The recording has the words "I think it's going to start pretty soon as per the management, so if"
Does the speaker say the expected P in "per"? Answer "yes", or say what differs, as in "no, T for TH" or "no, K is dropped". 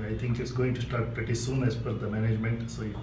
no, F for P